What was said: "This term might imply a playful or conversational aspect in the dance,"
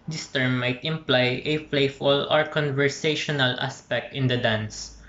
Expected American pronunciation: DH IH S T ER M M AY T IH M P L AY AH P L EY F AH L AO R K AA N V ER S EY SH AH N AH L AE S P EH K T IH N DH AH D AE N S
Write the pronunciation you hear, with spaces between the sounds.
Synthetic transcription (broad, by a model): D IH S T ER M M AY T IH M P L AY AH F L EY F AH L AO R K AA N V ER S EY SH AH N AH L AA S P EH K T IH N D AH D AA N S